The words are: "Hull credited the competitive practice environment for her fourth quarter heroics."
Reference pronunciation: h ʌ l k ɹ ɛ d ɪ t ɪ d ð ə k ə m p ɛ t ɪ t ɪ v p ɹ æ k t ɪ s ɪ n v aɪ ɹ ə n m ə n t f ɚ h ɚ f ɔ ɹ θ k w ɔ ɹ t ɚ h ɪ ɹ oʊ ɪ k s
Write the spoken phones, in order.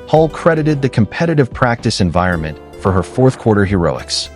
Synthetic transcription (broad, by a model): h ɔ l k ɹ ɛ d ɪ t ɪ d ð ə k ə m p ɛ t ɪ t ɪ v p ɹ æ k t ɪ s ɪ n v aɪ ɹ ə n m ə n t f ɚ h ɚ f ɔ ɹ θ k w ɔ ɹ t ɚ h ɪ ɹ oʊ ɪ k s